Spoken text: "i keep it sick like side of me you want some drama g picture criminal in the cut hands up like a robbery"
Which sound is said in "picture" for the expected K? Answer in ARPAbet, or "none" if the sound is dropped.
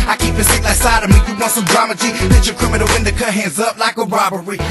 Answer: none